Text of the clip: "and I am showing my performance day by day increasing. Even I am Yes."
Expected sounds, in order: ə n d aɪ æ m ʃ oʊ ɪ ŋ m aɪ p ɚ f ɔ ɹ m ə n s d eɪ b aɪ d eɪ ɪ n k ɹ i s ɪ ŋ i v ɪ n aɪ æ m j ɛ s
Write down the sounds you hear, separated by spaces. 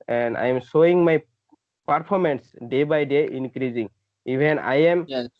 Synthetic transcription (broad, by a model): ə n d aɪ m s oʊ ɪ ŋ m aɪ p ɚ p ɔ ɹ m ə n s d eɪ b aɪ d eɪ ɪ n k ɹ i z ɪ ŋ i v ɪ n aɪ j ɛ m